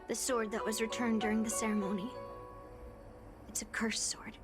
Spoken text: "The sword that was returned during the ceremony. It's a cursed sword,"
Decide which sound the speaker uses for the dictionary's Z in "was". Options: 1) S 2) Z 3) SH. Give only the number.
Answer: 2